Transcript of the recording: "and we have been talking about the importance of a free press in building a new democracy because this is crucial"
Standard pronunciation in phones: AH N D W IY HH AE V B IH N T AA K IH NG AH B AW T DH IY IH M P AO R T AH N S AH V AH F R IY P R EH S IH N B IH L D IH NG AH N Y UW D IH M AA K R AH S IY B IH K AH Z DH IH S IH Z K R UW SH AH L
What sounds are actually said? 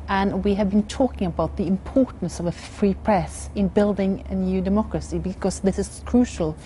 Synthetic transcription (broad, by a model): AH N W IY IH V B IH N T AA K IH NG AH B AW T DH IY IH M P AO R T N S AH V AH F R IY P R EH S IH N B IH L D IH NG AH N Y UW D IH M AA K R AH S IY B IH K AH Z DH IH S IH Z K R UW SH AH L